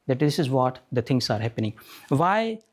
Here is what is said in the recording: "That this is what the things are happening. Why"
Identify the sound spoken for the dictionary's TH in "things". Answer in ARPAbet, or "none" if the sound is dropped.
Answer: T